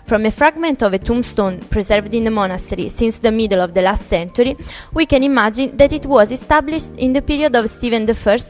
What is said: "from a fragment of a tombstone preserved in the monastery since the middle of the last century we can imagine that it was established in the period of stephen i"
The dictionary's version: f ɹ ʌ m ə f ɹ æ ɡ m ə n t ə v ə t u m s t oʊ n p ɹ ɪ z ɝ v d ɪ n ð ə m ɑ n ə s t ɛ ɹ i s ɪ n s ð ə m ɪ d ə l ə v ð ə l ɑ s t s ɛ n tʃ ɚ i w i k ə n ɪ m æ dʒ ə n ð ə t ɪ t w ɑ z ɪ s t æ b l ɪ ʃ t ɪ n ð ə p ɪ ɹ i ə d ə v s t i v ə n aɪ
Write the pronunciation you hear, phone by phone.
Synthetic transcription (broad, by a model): f ɹ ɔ m ə f ɹ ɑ ɡ m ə n t ə v ə t u m s t oʊ n p ɹ ɪ z ɝ v d ɪ n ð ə m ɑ n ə s t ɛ ɹ i s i n s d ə m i d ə l ə v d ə l ɑ s t s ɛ n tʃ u i w i k ə n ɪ m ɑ dʒ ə n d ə t ɪ t w ɑ z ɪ s t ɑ b l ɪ ʃ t ɪ n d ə p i ɹ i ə d ə v s t i v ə n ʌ